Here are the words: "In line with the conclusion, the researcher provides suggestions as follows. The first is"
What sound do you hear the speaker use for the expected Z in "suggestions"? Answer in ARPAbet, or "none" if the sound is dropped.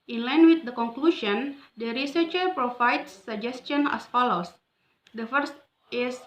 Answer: none